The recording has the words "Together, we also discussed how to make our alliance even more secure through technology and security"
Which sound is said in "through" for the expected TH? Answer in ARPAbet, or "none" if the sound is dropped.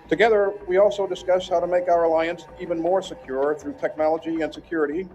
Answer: TH